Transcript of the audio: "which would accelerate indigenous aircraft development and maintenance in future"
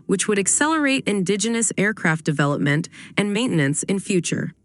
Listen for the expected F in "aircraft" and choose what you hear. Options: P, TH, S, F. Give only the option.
F